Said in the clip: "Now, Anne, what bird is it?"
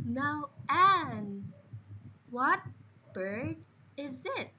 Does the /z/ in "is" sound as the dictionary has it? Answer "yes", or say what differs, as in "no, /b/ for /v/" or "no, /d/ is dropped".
yes